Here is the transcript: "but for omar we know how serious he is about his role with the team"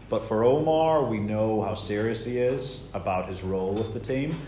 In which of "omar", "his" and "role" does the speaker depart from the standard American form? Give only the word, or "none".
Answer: none